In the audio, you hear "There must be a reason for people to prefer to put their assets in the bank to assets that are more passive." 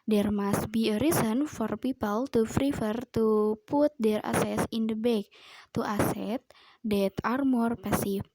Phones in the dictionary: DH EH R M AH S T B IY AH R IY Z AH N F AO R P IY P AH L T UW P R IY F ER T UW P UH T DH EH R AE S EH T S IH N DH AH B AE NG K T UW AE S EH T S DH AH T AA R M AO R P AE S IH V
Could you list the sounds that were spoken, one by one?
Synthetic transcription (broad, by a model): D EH R M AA S T B IY AH R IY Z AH N F AO R P IY P AH L T UW F R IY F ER T UW P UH T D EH R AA S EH S IH N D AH B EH K T UW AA S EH T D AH T AA R M AO R P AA S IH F